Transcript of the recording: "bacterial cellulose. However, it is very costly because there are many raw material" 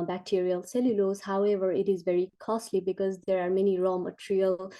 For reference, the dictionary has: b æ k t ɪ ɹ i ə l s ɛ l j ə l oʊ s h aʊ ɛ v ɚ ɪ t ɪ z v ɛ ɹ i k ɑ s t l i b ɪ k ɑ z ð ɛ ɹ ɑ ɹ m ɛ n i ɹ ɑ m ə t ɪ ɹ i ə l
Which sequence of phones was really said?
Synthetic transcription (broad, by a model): b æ k t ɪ ɹ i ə l s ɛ l j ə l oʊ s h aʊ ɛ v ɚ ɪ t ɪ z v ɛ ɹ i k ɑ s t l i b ɪ k ɑ z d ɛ ɹ ɑ ɹ m ɛ n i ɹ ɑ m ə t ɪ ɹ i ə l